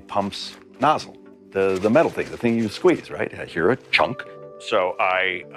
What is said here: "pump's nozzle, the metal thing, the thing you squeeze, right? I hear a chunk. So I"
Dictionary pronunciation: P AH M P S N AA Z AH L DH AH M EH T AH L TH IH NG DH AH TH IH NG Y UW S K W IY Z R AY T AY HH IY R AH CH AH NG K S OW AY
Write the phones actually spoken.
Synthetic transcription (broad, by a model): P AH M P S N AA Z L DH AH M EH T L TH IH NG DH AH TH IH NG Y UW S K W IY Z R AY T AY HH IY R AH CH AH NG K S OW AY